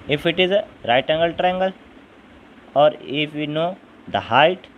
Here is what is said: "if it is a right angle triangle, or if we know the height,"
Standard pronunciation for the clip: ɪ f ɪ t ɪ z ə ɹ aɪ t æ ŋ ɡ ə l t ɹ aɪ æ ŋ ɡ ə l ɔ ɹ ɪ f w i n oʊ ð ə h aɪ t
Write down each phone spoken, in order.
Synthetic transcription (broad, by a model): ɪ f ɪ t ɪ z ə ɹ aɪ t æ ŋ ɡ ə l t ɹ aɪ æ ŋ ɡ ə l ɔ ɹ ɪ f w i n oʊ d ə h aɪ t